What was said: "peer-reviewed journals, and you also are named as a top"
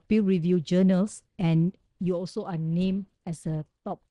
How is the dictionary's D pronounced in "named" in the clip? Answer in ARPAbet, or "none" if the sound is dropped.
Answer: none